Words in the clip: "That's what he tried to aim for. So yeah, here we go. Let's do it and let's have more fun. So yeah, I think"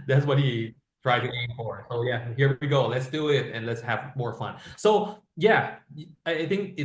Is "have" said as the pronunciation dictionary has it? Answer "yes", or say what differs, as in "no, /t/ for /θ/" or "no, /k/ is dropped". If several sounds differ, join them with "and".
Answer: yes